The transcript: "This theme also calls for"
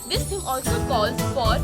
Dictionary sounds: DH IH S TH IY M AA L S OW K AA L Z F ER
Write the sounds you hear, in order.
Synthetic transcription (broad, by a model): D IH S T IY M AA L S OW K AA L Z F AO